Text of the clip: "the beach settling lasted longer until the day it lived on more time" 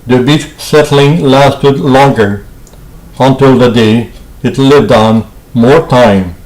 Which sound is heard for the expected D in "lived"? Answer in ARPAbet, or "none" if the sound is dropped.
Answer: D